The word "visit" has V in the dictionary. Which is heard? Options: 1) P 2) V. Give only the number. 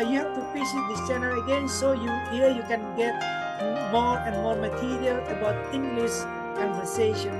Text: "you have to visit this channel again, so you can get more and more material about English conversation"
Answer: 1